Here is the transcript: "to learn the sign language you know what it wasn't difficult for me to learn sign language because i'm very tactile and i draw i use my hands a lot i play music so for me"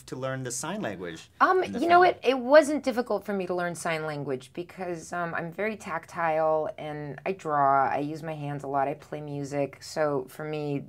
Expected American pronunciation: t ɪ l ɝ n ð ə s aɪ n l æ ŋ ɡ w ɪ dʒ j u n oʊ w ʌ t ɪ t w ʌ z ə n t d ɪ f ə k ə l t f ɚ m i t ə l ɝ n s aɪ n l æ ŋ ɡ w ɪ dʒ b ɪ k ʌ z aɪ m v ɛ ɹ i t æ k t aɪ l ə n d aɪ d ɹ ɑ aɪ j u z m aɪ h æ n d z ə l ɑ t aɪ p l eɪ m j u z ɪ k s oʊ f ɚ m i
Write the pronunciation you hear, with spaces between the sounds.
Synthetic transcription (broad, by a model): t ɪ l ɝ n ð ə s aɪ n l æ ŋ ɡ w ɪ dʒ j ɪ n oʊ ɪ t ɪ t w ʌ z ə n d ɪ f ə k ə l t f ɚ m i t ə l ɝ n s aɪ n l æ ŋ ɡ w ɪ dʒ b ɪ k ʌ z aɪ m v ɛ ɹ i t æ k t aɪ l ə n aɪ d ɹ ɑ aɪ j u z m aɪ h æ n d z ə l ɑ t aɪ p l eɪ m j u z ɪ k s oʊ f ɚ m i